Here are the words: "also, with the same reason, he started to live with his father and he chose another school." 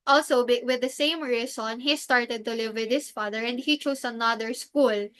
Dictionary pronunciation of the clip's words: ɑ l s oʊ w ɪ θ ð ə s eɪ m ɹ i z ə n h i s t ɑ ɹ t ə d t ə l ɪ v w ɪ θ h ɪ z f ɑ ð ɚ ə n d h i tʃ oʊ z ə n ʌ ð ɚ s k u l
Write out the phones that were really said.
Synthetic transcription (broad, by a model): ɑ l s oʊ w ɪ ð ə s eɪ m ɹ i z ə n h i s t ɑ ɹ t ə d t ə l ɪ v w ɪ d h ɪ s f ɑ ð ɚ ə n d h i tʃ oʊ s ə n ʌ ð ɚ s k u l